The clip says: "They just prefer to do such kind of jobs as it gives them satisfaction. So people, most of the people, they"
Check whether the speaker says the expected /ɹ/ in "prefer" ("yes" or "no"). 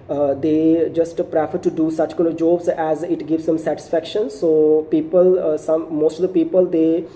yes